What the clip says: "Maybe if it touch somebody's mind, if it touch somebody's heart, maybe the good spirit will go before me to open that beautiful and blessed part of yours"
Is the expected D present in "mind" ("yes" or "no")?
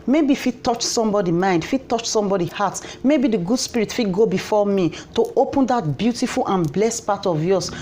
yes